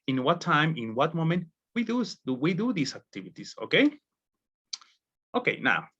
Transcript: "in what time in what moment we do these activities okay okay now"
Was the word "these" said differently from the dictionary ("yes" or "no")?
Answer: yes